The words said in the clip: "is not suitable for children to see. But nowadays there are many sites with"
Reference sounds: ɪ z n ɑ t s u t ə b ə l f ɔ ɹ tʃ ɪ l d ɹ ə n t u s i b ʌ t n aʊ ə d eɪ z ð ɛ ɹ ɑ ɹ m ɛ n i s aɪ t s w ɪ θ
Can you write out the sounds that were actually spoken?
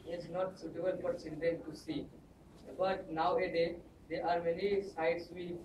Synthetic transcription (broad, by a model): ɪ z n ɑ t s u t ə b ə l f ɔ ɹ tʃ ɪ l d ə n t u s i b ʌ t n aʊ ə d eɪ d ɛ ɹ ɑ ɹ m ɛ n i s aɪ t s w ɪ